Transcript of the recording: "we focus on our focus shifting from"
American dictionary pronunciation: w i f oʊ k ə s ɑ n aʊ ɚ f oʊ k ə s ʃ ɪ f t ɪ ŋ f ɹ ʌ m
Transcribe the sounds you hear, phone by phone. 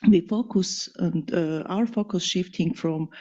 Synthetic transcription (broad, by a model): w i f oʊ k ə s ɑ n aʊ ɚ f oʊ k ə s ʃ ɪ f t ɪ ŋ f ɹ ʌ m